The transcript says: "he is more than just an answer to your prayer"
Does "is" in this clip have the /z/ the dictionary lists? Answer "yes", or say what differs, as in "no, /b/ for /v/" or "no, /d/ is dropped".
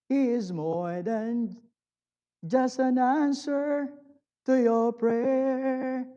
yes